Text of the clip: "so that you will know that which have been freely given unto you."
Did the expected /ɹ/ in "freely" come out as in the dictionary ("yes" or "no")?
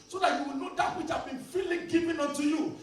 no